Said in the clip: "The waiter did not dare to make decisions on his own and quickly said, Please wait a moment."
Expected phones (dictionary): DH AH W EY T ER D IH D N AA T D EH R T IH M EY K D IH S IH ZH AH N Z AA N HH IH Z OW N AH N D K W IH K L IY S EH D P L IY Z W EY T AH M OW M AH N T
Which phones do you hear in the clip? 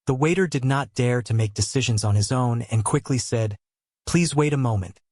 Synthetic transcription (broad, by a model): DH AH W EY T ER D IH D N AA T D EH R T IH M EY K D IH S IH ZH AH N Z N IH Z OW N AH N K W IH K L IY S EH D P L IY Z W EY T AH M OW M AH N T